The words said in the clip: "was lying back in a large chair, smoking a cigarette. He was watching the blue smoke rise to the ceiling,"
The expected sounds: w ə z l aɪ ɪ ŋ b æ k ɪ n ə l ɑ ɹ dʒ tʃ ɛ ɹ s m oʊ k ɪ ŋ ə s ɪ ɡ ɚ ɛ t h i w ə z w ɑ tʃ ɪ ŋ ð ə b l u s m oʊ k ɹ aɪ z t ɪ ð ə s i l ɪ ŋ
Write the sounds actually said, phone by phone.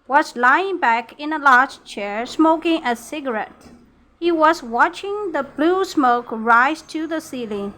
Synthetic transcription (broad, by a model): w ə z l aɪ ɪ ŋ b æ k ɪ n ə l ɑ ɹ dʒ tʃ ɛ ɹ s m oʊ k ɪ ŋ ə s ɪ ɡ ɚ ɛ t h i w ə z w ɑ tʃ ɪ ŋ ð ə b l u s m oʊ k ɹ aɪ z t ɪ ð ə s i l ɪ